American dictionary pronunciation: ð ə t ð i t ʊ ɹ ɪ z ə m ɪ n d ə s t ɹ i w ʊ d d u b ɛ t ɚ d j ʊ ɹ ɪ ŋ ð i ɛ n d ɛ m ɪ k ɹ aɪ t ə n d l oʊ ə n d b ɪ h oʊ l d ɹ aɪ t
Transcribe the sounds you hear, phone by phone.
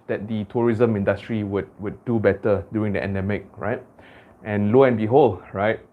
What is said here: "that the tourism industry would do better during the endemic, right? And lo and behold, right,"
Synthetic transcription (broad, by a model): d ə t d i t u ɹ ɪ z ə m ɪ n d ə s t ɹ i w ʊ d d u b ɛ t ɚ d j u ɪ ŋ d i ɛ n d ɛ m ɪ k ɹ aɪ t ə n l oʊ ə n b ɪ h oʊ l ɹ aɪ t